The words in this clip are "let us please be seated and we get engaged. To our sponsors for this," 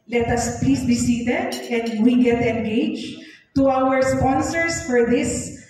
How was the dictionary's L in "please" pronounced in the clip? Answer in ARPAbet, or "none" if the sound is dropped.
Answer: none